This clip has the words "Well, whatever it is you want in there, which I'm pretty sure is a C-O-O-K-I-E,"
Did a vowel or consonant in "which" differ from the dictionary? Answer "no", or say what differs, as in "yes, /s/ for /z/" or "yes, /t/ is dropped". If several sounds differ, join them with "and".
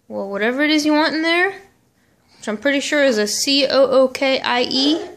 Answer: yes, /tʃ/ is dropped